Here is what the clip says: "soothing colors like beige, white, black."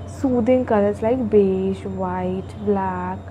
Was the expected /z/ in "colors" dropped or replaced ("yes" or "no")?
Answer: yes